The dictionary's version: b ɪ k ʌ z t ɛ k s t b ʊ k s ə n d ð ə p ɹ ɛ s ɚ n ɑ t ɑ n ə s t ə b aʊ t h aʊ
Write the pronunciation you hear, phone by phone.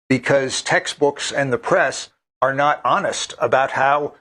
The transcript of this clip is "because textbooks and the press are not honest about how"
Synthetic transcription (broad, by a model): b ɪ k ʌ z t ɛ k s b ʊ k s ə n ð ə p ɹ ɛ s ɚ n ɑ t ɑ n ə s t ə b aʊ t h aʊ